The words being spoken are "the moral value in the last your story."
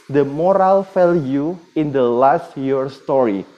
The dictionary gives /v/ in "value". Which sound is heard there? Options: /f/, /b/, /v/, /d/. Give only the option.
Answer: /f/